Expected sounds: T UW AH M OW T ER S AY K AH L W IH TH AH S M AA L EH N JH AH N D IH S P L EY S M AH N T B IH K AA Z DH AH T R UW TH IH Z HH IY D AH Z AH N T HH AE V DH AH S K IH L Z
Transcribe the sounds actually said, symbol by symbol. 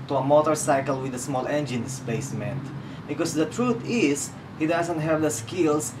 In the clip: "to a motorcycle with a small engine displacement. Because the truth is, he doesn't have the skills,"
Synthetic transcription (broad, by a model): T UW AH M OW T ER S AY K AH L W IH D AH S M AA L EH N JH AH N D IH S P EY S M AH N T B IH K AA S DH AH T R UW T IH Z HH IY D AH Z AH N T HH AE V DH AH S K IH L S